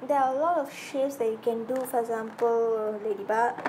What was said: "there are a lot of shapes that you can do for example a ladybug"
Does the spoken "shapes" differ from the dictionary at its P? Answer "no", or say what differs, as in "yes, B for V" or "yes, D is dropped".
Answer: yes, P is dropped